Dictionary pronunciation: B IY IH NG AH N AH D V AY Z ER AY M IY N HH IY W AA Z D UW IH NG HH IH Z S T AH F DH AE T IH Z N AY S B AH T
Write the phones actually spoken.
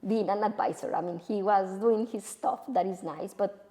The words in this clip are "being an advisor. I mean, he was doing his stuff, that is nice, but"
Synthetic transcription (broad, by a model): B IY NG AH N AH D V AY S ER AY M IY N HH IY W AA Z D UW IH NG HH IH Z S T AH F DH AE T IH Z N AY S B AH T